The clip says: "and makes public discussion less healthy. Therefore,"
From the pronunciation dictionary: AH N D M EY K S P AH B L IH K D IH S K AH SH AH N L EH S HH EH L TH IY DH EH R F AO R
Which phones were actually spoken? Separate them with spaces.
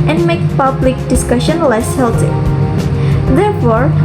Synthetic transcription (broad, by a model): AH N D M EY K P AH B L IH K D IH S K AH SH AH N L EH S HH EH L T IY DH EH R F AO R